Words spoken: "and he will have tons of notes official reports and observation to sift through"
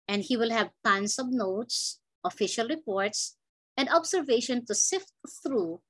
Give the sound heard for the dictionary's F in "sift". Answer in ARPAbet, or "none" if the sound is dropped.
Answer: F